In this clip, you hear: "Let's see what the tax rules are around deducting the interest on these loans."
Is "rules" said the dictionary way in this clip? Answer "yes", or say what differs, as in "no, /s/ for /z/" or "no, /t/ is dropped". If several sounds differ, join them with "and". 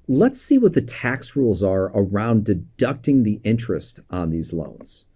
yes